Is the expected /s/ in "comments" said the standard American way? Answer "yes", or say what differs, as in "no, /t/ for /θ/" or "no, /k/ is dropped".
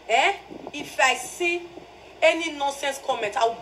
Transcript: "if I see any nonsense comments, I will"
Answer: no, /s/ is dropped